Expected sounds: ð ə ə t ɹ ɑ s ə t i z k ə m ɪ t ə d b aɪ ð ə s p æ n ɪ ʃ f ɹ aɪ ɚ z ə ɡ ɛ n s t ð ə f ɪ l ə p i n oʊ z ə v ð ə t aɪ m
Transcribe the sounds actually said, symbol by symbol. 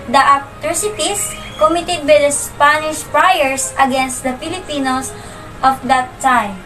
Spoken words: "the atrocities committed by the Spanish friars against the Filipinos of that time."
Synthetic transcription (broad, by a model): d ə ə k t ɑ s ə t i s k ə m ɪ t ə d b aɪ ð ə s p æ n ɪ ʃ p ɹ aɪ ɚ s ə ɡ ɛ n s t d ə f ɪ l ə p i n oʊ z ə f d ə t aɪ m